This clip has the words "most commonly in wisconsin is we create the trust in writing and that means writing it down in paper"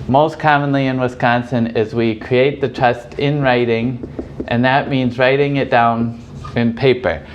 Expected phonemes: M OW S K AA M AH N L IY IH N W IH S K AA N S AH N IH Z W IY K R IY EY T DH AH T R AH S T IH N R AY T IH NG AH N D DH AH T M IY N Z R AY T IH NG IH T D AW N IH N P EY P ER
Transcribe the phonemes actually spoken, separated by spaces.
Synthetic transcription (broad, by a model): M OW S K AA M AH N L IY IH N W IH S K AA N S AH N IH Z W IY K R IY EY T DH AH T R AH S T IH N R AY T IH NG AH N DH AH T M IY N Z R AY T IH NG IH T D AW N IH N P EY P ER